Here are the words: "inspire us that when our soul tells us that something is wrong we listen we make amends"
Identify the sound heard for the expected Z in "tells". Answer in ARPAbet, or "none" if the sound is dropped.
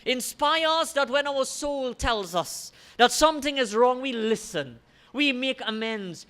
Z